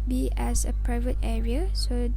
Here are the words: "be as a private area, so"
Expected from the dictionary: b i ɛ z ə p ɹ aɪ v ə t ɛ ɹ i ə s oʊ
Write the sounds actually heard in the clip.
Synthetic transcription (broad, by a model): b i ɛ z ə p ɹ aɪ v ə t ɛ ɹ i ə s oʊ